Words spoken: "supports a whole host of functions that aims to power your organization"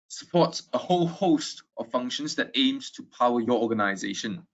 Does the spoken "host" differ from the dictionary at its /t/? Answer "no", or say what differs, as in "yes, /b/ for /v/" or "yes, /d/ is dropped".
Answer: no